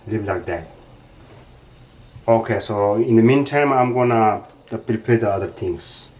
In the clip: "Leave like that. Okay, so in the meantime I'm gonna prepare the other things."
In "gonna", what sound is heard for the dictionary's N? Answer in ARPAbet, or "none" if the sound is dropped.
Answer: N